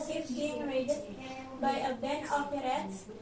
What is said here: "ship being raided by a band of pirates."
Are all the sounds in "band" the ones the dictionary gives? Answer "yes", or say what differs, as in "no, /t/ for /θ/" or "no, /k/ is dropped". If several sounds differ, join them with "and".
no, /d/ is dropped